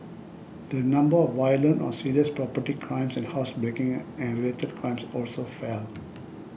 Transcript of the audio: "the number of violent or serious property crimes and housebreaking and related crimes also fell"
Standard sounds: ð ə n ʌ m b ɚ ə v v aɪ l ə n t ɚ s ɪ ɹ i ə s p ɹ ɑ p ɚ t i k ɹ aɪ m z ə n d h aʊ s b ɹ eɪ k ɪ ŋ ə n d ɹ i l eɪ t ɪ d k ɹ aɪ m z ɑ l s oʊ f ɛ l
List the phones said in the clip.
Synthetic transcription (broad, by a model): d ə n ʌ m b ɚ ə v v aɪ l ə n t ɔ s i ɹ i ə s p ɹ ɑ p ɚ t i k ɹ aɪ m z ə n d h aʊ s b ɹ eɪ k ɪ ŋ ə n d ɹ i l eɪ t ɪ d k ɹ aɪ m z ɑ l s oʊ f ɛ l